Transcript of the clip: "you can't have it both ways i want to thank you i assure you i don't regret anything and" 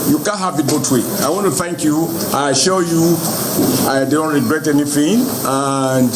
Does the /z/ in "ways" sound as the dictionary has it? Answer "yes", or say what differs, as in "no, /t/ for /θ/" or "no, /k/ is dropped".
no, /z/ is dropped